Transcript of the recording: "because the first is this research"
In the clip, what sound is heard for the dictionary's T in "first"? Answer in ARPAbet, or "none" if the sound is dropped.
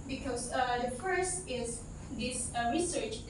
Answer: T